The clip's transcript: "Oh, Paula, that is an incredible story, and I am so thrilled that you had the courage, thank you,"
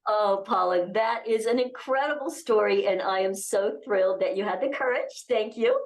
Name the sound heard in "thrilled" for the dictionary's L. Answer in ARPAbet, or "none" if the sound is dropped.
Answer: L